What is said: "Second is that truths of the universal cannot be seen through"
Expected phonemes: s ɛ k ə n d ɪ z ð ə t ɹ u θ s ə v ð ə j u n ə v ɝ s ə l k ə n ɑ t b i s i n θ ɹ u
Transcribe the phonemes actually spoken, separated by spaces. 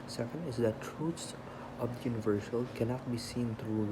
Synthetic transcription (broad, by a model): s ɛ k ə n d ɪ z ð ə t ɹ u t s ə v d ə j u n ə v ɝ s ə l k ə n ɑ t b i s i n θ ɹ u